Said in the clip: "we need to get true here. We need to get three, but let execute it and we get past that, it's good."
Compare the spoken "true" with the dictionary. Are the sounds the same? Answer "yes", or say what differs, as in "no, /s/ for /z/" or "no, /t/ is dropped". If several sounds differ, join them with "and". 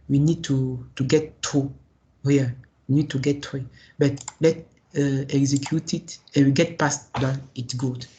no, /ɹ/ is dropped